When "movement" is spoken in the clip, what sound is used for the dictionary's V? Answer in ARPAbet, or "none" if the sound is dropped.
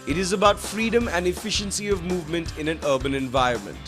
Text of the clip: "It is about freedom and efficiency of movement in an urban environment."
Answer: V